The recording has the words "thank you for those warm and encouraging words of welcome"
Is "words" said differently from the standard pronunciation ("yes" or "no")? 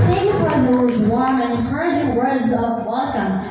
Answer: no